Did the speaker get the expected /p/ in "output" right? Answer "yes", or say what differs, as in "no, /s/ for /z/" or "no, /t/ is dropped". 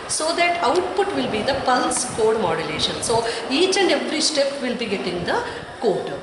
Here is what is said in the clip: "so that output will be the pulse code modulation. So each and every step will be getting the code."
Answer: yes